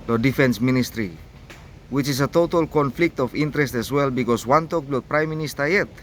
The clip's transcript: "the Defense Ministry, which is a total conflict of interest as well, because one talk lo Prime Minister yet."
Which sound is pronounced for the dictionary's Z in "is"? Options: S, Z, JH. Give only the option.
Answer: S